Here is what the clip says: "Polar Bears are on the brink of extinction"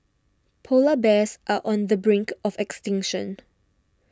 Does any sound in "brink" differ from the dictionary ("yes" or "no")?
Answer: no